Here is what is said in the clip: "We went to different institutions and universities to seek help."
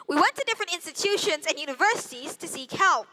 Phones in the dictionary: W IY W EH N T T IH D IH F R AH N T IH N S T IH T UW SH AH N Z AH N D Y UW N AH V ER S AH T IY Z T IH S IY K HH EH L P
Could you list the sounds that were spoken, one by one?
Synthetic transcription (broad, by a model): W IY W EH N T T IH D IH F R AH N T IH N S T IH T UW SH AH N Z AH N Y UW N AH V ER S AH T IY Z T IH S IY K HH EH L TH